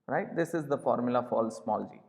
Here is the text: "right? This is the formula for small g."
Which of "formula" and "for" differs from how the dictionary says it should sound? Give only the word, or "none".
for